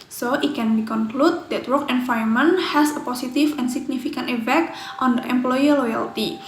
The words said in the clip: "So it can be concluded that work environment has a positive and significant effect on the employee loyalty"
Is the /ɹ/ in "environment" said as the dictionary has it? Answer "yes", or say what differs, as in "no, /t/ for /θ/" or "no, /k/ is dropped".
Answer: no, /ɹ/ is dropped